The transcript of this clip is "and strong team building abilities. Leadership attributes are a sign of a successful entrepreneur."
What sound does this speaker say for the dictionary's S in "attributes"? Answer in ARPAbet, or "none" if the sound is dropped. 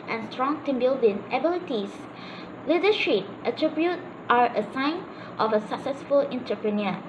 none